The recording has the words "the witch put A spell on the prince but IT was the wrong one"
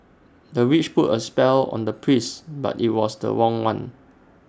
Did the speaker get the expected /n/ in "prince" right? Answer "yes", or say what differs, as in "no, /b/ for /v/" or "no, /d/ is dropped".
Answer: no, /n/ is dropped